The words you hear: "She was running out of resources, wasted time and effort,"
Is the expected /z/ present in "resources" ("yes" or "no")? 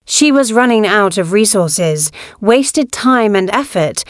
yes